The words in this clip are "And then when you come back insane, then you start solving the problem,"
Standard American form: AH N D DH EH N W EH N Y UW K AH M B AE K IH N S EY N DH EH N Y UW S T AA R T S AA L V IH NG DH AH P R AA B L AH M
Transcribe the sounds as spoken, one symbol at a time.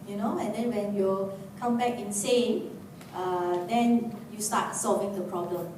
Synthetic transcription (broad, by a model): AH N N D EH N W EH N Y UW K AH M B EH K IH N S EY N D EH N Y UW S T AA T S AA L V IH NG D AH P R AA B L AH M